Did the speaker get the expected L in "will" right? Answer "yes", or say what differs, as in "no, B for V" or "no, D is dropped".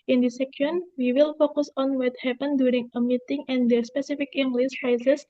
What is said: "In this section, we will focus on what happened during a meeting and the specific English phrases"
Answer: yes